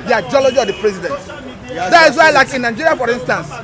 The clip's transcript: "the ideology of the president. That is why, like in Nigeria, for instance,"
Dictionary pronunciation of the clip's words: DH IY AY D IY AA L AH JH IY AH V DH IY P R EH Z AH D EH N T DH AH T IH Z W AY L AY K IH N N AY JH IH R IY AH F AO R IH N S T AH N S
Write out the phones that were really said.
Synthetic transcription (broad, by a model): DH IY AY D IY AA L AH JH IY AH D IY P R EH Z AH D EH N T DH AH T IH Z W AY L AY K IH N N AY JH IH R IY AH F AO R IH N S T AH N S